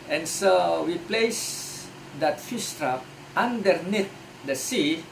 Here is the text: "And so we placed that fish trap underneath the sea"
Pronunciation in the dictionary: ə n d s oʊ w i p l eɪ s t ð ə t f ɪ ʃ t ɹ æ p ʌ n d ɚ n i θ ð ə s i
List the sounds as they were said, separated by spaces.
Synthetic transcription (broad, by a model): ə n s oʊ w i p l eɪ s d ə t f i s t ɹ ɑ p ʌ n d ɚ n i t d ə s i